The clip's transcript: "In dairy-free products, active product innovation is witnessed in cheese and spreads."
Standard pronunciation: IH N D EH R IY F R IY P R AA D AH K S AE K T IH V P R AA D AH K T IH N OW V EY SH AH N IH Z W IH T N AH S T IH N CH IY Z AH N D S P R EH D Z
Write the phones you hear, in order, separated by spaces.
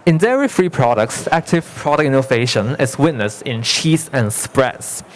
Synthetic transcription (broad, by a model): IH N D EH R IY F R IY P R AA D AH K S AE K T IH V P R AA D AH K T IH N OW V EY SH AH N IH S W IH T N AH S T IH N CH IY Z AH N S P R EH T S